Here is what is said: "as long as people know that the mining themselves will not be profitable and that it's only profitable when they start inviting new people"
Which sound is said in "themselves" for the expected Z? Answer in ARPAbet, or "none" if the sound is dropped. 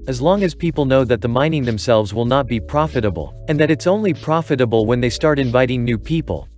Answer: Z